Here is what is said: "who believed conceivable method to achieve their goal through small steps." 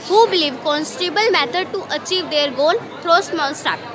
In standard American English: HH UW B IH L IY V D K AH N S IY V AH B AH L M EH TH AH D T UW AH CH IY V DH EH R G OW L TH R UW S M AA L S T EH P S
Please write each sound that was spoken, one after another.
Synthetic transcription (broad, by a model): HH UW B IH L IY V K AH N S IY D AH B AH L M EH T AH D T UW AH CH IY V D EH R G OW L T R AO S M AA N S T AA